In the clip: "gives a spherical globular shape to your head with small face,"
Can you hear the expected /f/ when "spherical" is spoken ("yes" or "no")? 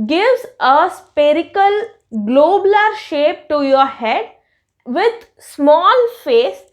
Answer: no